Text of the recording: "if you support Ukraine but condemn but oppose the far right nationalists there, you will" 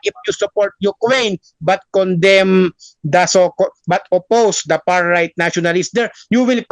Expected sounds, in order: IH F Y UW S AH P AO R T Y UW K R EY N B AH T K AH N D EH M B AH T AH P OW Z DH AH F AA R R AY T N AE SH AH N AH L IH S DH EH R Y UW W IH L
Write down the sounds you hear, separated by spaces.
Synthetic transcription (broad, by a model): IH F Y UW S AH P AO R T Y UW K W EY N B AH T K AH N D EH M B AH T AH P OW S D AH P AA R R AY T N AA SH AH N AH L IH S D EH R Y UW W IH L